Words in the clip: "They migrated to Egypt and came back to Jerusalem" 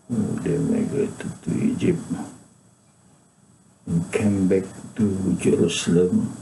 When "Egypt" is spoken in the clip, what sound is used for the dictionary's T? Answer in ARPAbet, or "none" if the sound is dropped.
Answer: none